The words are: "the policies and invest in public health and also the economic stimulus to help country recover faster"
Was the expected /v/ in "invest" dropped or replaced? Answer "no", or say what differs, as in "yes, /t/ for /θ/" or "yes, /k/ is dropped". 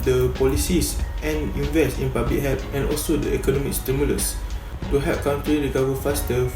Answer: no